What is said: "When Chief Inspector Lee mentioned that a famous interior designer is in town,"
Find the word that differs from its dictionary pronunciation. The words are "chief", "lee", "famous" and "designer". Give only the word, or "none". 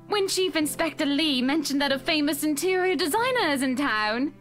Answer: none